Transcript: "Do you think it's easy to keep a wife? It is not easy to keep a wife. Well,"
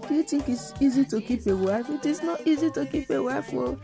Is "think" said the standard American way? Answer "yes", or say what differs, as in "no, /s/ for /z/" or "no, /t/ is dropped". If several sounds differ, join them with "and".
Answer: no, /t/ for /θ/